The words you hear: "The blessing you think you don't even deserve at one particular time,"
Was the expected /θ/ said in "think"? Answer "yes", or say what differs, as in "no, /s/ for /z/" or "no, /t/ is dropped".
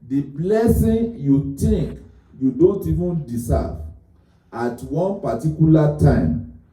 no, /t/ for /θ/